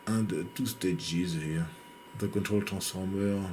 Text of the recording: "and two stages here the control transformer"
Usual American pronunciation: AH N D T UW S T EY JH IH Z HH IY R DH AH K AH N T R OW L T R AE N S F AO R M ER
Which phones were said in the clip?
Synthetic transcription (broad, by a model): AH N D T UW S T EY JH IH Z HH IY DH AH K AH N T R OW L T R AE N S F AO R M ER